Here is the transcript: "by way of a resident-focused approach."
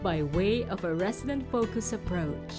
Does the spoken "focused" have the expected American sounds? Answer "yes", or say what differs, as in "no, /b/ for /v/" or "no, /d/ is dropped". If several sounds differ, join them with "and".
no, /t/ is dropped